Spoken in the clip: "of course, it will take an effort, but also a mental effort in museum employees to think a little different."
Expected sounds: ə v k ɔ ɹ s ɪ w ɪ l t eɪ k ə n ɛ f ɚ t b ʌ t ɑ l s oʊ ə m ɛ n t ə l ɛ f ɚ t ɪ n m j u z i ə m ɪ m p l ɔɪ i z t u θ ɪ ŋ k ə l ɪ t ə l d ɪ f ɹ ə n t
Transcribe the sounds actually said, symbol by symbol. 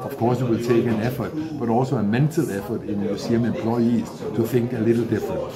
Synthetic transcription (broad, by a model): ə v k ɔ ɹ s ɪ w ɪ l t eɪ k ə n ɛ f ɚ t b ʌ t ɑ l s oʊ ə m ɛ n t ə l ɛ f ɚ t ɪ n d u s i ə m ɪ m p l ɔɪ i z t u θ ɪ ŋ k ə l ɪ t l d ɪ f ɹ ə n